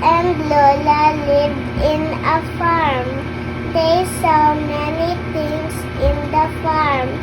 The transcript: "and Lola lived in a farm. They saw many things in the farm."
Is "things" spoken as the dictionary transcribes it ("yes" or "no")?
no